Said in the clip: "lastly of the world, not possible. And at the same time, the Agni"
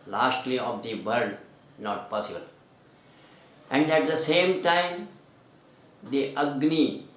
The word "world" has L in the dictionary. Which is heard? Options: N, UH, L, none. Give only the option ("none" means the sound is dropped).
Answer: none